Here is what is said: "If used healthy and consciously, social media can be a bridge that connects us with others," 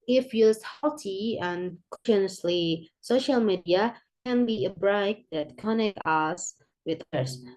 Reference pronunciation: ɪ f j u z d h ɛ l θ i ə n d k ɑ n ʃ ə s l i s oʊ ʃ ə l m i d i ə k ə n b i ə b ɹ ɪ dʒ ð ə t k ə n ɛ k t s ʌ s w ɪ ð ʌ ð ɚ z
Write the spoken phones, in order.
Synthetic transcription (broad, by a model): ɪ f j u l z h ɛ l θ i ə n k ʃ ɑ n ə s l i s oʊ ʃ ə l m i d i ə k ə n b i ə b ɹ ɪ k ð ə t k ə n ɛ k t ʌ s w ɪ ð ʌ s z